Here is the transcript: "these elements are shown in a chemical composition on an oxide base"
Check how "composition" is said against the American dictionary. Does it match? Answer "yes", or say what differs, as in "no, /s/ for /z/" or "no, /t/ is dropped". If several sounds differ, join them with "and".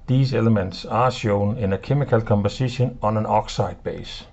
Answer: no, /s/ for /z/